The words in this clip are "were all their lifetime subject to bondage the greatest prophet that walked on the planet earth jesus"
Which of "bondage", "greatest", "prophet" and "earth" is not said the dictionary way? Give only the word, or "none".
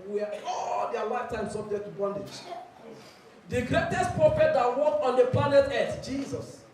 earth